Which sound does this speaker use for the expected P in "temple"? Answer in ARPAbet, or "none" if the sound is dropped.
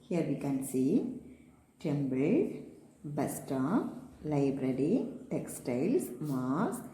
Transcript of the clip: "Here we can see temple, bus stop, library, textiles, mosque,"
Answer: B